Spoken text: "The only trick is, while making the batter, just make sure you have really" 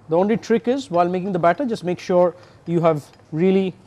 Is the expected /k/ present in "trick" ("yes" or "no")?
yes